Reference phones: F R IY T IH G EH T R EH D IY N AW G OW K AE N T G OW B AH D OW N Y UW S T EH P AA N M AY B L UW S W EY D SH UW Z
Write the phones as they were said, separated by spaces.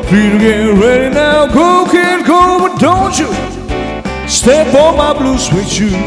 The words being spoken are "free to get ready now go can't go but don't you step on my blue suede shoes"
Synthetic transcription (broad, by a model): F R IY T IH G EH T R EH D IY N AW G OW K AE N G OW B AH D OW N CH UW S T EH B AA M AY B L UW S W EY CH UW